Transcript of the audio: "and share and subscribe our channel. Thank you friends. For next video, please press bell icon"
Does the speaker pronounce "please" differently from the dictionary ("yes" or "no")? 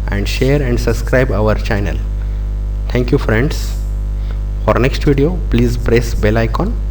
no